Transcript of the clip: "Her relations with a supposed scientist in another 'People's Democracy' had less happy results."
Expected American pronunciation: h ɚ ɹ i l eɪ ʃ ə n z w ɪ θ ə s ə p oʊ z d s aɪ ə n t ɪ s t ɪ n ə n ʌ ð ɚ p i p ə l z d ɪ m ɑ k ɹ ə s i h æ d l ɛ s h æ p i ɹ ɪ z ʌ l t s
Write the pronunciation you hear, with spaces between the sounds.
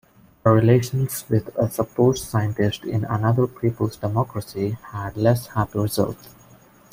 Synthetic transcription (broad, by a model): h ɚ ɹ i l eɪ ʃ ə n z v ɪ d ə s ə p oʊ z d s aɪ ə n t ɪ s t ɪ n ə n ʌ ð ɚ p i p ə l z d ɪ m ɑ k ɹ ə s i h æ d l ɛ s h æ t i ɹ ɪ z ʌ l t